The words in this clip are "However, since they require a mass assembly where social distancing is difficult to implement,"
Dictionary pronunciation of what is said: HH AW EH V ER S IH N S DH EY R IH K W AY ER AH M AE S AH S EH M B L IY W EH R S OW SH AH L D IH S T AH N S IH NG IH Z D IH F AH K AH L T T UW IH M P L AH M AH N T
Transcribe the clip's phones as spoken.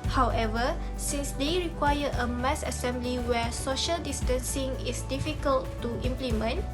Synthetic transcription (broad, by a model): HH AW EH V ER S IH N S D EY R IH K W AY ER AH M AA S AH S EH M B L IY W EH S OW SH AH L D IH S T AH N S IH NG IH S D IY F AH K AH L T T UW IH M P L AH M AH N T